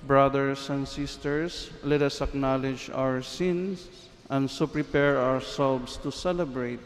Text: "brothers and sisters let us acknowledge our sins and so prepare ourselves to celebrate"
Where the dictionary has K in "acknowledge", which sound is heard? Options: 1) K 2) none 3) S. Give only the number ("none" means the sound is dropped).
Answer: 1